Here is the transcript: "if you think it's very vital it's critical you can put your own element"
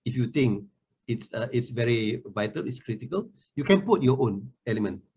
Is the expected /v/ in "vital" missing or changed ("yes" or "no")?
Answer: no